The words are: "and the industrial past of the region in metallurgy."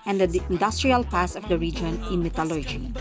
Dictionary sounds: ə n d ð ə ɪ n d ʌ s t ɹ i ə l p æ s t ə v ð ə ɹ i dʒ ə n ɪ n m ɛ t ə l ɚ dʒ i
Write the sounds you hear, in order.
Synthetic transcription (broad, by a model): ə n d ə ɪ n d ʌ s t ɹ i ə l p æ s ə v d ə ɹ i dʒ ə n ɪ n m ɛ t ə l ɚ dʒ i